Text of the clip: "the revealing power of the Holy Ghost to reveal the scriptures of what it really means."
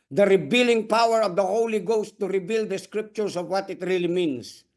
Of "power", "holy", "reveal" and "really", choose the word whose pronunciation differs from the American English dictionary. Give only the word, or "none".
reveal